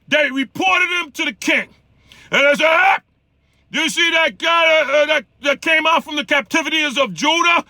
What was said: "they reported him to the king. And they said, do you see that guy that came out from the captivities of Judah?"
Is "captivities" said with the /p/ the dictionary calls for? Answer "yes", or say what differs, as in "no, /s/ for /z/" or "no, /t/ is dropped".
yes